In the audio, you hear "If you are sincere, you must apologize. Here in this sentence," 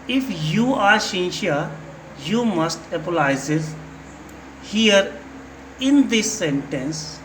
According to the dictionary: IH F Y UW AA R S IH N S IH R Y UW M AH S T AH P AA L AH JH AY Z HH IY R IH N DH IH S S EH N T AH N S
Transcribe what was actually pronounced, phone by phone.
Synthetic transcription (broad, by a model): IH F Y UW AA R SH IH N SH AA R Y UW M AH S T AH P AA L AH Z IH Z HH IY R IH N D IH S S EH N T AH N S